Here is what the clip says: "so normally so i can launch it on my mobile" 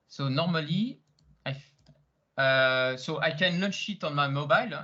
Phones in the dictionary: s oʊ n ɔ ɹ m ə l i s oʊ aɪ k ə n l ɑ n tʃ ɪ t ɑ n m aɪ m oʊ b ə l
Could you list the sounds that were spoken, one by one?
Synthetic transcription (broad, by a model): s oʊ n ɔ ɹ m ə l i s oʊ aɪ k ə n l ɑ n ʃ ɪ t ɑ n m aɪ m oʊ b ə l